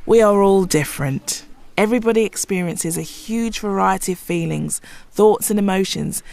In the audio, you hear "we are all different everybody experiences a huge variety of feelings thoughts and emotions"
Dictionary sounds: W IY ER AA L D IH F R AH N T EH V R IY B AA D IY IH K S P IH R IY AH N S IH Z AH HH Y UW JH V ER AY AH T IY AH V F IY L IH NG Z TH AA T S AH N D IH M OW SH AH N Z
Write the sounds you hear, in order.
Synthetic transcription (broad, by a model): W IY ER AA L D IH F R AH N T EH V R IY B AA D IY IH K S P IH R IY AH N S IH Z AH HH Y UW JH V ER AY AH T IY AH V F IY L IH NG Z TH AA T S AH N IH M OW SH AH N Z